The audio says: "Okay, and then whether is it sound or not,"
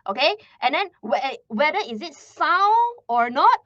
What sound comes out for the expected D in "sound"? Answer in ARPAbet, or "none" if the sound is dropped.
none